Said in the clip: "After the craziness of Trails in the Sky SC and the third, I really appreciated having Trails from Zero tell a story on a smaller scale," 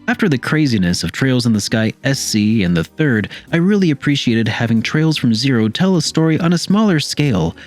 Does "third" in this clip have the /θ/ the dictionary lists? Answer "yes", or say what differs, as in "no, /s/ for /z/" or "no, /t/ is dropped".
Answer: yes